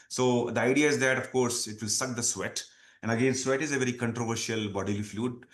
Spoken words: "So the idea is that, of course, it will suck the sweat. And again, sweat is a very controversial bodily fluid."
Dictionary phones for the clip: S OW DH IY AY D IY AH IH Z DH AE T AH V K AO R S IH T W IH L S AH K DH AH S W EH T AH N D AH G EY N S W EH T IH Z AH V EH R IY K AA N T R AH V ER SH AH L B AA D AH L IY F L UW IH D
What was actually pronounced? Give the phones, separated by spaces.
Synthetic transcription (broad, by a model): S OW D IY AY D IY AH IH Z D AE T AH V K AO R S IH T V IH L S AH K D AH S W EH T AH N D AH G EY N S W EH T IH Z AH V EH R IY K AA N T R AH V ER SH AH L B AA D AH L IY F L UW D